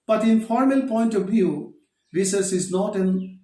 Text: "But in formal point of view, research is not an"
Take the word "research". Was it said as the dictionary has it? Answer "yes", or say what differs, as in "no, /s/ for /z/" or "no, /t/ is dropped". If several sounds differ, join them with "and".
no, /s/ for /tʃ/